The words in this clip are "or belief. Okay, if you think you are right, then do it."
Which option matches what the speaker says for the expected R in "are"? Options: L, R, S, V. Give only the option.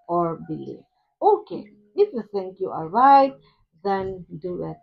L